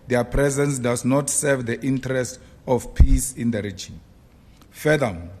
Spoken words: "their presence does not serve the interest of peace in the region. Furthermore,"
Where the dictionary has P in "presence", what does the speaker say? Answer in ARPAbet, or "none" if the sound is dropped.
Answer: P